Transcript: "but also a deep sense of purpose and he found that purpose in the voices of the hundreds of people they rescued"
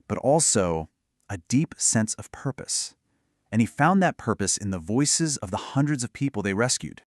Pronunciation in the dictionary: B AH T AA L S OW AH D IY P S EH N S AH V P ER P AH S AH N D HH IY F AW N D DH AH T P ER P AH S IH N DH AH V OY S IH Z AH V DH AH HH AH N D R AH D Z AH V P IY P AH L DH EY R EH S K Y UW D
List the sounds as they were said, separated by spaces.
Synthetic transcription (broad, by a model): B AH T AA L S OW AH D IY P S EH N S AH V P ER P AH S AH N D IY F AW N DH AH T P ER P AH S IH N DH AH V OY S IH Z AH V DH AH HH AH N D R AH D Z AH V P IY P L DH EY R EH S K Y UW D